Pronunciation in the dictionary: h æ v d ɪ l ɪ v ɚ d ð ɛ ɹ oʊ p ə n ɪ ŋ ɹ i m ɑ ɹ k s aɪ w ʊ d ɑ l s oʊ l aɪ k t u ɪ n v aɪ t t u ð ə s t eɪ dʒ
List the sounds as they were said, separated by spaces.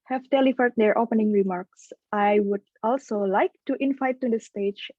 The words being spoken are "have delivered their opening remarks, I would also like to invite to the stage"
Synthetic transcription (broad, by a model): h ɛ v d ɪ l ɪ f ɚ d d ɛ ɹ oʊ p ə n ɪ ŋ ɹ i m ɑ ɹ k s aɪ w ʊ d ɑ l s oʊ l aɪ k t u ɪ n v aɪ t t u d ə s t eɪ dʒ